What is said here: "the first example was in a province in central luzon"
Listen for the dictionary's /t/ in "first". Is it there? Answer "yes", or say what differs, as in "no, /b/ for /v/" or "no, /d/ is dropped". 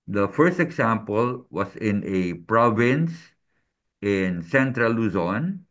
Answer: yes